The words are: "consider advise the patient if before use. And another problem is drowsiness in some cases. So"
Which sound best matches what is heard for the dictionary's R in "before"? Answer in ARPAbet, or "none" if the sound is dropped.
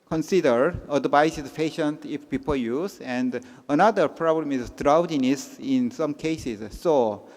L